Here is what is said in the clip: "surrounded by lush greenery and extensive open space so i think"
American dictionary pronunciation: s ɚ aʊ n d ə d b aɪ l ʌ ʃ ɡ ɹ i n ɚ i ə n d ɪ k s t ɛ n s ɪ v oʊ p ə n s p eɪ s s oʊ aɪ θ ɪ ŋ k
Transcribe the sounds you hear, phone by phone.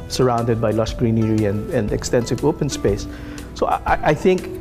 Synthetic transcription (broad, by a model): s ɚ aʊ n d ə d b aɪ l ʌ s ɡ ɹ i n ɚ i ə n d ɪ k s t ɛ n s ɪ v oʊ p ə n s p eɪ s s oʊ aɪ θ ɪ ŋ k